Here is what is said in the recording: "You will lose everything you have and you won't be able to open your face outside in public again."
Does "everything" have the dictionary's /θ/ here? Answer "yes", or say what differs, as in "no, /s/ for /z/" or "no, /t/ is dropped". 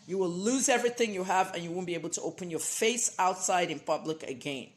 yes